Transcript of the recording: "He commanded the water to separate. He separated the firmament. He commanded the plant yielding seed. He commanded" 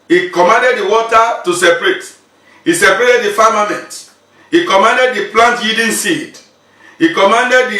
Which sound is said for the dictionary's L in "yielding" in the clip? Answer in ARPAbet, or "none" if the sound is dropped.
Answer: none